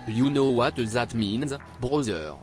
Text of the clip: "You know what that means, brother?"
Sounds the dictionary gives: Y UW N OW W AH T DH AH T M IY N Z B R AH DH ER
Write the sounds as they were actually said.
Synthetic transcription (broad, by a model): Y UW N OW W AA T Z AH T M IY N Z B R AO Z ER